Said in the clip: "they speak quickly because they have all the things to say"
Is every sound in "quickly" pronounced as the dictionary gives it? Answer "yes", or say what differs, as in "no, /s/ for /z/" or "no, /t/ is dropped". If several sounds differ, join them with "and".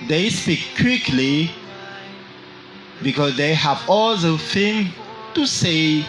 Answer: yes